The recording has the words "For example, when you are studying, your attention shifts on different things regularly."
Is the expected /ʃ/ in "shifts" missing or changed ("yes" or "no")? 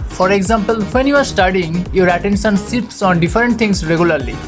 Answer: yes